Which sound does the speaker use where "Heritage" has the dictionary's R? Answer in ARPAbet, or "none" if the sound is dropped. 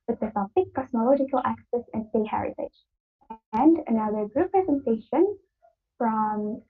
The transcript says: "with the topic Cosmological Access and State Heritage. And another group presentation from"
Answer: R